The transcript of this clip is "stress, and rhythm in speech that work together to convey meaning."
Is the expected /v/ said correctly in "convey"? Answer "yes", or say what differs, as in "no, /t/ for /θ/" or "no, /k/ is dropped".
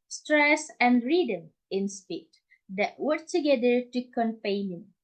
no, /p/ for /v/